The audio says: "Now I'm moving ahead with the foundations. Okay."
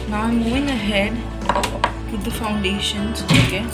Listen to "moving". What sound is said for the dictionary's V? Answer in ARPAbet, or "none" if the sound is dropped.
none